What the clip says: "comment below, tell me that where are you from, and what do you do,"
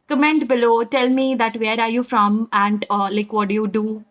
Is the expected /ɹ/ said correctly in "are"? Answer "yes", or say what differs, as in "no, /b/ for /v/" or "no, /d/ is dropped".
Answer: yes